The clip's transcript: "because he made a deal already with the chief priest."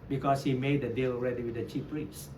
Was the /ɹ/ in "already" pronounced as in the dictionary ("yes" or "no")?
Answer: yes